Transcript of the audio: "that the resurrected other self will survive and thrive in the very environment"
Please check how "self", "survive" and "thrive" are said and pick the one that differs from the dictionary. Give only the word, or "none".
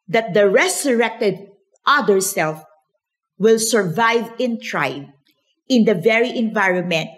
thrive